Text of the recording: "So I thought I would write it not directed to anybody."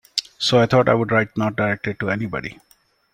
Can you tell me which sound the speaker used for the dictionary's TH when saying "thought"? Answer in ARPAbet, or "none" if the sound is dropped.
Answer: T